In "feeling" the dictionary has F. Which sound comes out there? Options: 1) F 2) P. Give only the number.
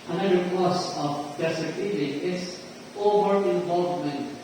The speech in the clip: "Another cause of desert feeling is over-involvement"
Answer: 2